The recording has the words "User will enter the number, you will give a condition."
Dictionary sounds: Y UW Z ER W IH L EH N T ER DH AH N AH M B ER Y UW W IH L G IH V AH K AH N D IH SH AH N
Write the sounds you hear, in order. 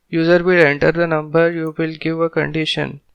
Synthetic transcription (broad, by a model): Y UW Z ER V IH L EH N T ER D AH N AH M B ER Y UW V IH L G IH V AH K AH N D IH SH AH N